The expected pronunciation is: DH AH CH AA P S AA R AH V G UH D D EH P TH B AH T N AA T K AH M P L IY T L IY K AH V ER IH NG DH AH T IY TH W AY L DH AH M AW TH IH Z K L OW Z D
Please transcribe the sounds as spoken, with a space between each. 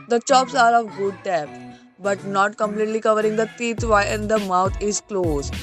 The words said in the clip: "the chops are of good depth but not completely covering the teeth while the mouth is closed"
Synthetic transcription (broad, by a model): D AH CH AA P S AA R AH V G UH D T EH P B AH T N AA T K AH M P L IY T L IY K AH V ER IH NG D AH T IY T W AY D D AH M AW T IH Z K L OW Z